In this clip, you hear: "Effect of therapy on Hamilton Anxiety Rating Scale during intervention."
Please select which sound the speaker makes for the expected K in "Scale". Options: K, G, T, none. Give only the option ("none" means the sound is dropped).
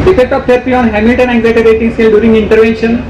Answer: none